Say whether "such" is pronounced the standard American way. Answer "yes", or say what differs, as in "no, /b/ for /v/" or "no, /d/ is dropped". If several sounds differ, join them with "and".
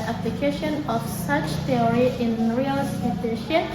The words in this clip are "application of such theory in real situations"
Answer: yes